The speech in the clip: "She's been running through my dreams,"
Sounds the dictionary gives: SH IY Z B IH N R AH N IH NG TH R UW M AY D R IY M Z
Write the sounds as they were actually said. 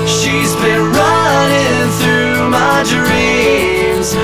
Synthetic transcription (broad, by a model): SH IY Z B IH N R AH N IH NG TH R UW M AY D R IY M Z